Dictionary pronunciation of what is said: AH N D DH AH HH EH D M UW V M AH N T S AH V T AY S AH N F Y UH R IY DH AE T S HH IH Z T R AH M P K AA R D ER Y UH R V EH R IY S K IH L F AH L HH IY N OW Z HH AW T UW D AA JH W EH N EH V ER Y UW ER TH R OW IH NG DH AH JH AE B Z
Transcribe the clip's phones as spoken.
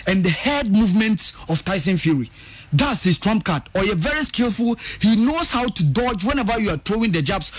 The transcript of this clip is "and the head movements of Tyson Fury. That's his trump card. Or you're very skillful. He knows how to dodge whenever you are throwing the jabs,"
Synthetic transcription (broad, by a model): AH N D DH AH HH EH D M UW V M AH N T S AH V T AY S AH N F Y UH R IY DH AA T S HH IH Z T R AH M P K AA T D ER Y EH V EH R IY S K IH L F AH L HH IY N OW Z HH AW T UW D AA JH W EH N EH V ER Y UW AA T R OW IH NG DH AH JH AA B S